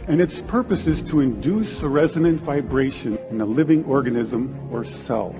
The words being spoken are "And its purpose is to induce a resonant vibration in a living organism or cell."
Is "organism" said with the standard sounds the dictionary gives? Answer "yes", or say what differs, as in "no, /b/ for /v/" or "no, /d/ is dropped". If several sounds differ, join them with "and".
yes